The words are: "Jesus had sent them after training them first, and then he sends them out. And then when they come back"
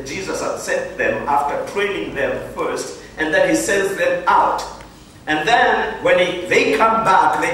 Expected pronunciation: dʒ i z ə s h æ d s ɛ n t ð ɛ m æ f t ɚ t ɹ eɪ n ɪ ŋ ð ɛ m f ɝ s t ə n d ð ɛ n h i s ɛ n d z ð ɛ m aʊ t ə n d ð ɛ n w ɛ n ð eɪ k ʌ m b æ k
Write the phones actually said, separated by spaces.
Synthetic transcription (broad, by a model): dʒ i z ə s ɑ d s ɛ n t ð ɛ m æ f t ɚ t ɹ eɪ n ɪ ŋ ð ɛ m f ɝ s t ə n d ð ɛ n h i s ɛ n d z ð ɛ m aʊ t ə n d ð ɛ n w ɛ n ð eɪ k ʌ m b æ k